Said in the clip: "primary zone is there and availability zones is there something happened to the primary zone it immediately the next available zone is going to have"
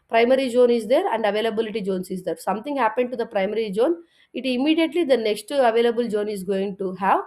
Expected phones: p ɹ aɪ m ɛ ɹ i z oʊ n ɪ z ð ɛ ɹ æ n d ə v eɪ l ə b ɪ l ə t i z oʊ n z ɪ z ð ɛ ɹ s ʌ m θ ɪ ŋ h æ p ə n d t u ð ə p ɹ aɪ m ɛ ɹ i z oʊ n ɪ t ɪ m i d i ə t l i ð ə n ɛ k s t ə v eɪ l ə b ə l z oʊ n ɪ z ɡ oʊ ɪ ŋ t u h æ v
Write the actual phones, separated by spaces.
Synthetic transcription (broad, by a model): p ɹ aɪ m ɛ ɹ i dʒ oʊ n ɪ z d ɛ ɹ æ n d ə v eɪ l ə b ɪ l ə t i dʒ oʊ n s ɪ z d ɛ ɹ s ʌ m t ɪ ŋ h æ p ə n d t u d ə p ɹ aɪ m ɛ ɹ i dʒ oʊ n ɪ t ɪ m i d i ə t l i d ə n ɛ k s t ə v eɪ l ə b ə l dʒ oʊ n ɪ z ɡ oʊ ɪ ŋ t u h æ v